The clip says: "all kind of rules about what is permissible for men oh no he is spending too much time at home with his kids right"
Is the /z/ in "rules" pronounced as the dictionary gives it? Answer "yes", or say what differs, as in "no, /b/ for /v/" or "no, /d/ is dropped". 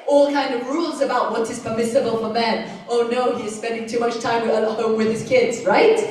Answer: yes